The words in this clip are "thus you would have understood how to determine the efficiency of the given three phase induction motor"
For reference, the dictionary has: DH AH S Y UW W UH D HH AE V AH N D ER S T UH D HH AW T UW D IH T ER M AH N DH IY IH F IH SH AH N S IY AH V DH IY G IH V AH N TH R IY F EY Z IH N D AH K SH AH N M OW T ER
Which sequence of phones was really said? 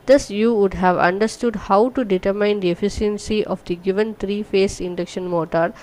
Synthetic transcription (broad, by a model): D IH S Y UW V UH D HH AE V AH N D ER S T UH D HH AW T UW D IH T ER M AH N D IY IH F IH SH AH N S IY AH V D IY G IH V AH N T R IY F EY S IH N D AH K SH AH N M OW T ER